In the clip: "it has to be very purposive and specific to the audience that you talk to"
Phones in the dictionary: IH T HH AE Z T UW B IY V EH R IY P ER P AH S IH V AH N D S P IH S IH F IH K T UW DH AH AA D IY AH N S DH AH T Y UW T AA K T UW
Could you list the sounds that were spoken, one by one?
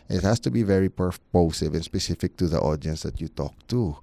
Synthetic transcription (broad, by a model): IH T HH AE S T UW B IY V EH R IY P ER P AH S IH V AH N S P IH S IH F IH K T UW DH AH AA D IY AH N S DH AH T Y UW T AA K T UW